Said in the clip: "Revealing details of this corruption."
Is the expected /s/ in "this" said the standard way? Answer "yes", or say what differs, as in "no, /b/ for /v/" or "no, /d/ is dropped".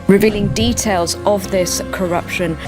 yes